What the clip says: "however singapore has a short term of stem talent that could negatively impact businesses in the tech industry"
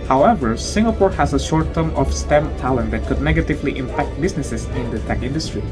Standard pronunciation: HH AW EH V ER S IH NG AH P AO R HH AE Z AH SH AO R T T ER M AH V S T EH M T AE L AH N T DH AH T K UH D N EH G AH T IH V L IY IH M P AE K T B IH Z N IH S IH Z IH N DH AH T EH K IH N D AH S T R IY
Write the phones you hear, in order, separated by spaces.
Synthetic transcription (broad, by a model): HH AW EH V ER S IH NG AH P AO R HH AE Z AH SH AO R T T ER M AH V S T EH M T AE L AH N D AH T K UH D N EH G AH T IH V L IY IH M P AE K T B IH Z N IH S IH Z IH N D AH T EH K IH N D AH S T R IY